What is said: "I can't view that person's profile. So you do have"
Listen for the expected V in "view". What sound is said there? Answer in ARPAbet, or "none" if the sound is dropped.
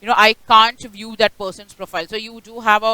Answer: V